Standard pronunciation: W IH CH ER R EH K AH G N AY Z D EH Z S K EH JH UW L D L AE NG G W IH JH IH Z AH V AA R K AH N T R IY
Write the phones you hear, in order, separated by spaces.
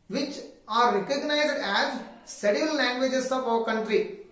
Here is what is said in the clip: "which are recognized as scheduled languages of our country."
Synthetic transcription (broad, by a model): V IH CH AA R EH K AH G N AY Z D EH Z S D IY UW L L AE NG G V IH JH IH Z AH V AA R K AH N T R IY